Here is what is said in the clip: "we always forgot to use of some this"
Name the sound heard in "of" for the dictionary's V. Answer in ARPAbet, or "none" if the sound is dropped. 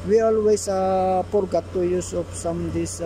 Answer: P